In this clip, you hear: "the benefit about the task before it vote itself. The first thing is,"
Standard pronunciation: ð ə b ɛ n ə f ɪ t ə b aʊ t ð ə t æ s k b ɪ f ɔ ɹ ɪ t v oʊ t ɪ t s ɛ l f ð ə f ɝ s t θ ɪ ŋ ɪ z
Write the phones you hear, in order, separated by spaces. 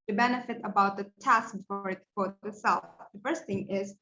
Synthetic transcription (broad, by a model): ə b ɛ n ə f ɪ t ə b aʊ t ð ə t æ s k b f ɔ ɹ ɪ t f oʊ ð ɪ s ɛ l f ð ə f ɝ s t θ ɪ ŋ ɪ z